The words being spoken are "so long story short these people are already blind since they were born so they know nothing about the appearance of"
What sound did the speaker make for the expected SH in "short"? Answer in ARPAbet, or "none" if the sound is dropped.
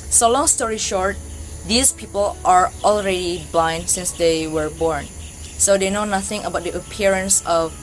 SH